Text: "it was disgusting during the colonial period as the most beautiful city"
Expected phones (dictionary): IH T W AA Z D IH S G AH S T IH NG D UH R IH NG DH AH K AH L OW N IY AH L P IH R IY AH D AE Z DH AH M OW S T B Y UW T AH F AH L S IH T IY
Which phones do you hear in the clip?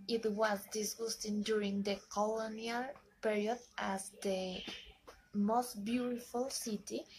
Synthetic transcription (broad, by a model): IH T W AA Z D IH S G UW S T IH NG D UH R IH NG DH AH K AH L OW N IY AH L P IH R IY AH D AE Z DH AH M OW S T B Y UW T AH F AH L S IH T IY